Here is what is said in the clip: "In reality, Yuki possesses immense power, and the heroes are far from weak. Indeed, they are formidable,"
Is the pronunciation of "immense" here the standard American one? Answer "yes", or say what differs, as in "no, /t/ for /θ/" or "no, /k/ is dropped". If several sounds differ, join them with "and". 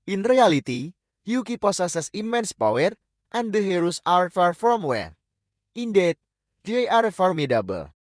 yes